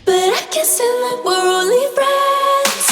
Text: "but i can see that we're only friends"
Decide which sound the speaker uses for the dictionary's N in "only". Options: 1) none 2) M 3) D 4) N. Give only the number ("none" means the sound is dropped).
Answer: 1